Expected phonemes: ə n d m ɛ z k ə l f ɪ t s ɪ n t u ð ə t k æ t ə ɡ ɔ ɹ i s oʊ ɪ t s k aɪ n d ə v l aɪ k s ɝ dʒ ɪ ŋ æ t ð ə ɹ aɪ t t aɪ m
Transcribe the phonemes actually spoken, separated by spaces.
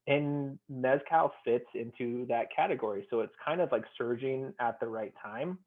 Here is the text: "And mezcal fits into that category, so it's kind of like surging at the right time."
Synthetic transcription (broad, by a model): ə n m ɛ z k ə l f ɪ t s ɪ n t u ð ə t k æ t ə ɡ ɔ ɹ i s oʊ ɪ t s k aɪ n d ə v l aɪ k s ɝ dʒ ɪ ŋ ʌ t ð ə ɹ aɪ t t aɪ m